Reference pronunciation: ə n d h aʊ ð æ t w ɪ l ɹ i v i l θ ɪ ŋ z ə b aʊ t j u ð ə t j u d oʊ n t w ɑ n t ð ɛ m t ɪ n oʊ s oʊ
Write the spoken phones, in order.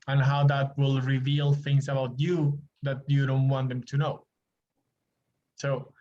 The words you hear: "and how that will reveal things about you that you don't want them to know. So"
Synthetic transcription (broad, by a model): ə n h aʊ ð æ t w ɪ l ɹ i v i l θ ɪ ŋ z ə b aʊ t j u ð ə t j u d oʊ n t w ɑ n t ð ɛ m t ɪ n oʊ s oʊ